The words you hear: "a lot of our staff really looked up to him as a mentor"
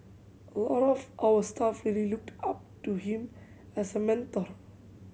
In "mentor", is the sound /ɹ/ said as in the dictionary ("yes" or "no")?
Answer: yes